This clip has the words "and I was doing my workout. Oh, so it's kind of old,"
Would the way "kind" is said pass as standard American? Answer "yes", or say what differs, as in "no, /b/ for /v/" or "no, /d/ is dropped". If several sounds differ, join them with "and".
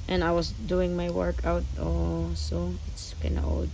no, /d/ is dropped